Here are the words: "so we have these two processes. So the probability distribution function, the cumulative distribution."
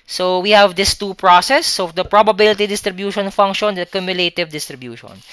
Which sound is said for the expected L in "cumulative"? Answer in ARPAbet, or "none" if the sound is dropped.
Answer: L